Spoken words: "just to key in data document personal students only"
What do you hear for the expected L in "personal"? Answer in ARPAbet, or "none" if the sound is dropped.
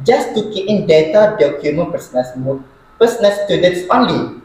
N